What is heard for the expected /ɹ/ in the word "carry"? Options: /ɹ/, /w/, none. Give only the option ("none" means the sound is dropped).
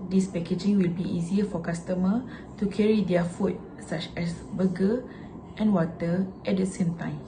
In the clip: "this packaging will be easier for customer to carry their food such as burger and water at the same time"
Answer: /ɹ/